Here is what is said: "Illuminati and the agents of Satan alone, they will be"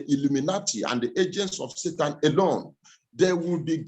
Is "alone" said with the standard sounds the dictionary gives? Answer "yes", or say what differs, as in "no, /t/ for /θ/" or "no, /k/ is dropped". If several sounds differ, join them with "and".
yes